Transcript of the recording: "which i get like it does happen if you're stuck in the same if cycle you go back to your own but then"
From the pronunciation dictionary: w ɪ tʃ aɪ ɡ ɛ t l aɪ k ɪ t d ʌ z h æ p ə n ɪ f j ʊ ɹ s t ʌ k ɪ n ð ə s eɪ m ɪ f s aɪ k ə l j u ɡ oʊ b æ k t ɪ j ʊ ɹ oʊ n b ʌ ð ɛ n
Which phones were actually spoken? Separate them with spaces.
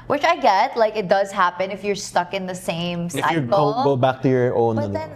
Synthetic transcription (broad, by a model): w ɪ tʃ aɪ ɡ ɛ t l aɪ k ɪ t d ʌ z h æ p ə n ɪ f j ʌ ɹ s t ʌ k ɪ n ð ə s eɪ ɪ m s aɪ ə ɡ ɡ oʊ b æ k t ɪ j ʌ ɹ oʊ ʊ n